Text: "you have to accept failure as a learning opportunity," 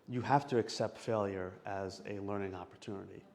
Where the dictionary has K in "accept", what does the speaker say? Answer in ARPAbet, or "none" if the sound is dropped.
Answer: K